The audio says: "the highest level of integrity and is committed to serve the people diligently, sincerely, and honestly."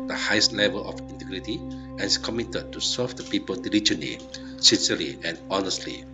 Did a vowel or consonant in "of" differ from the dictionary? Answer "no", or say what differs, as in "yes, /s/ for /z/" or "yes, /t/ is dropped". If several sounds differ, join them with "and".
yes, /f/ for /v/